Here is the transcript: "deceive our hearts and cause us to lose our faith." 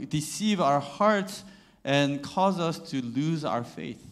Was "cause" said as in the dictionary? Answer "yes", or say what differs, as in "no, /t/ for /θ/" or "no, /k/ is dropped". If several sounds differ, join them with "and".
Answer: yes